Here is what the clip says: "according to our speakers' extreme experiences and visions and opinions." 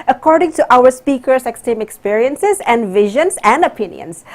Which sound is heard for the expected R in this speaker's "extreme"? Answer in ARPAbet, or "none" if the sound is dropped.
none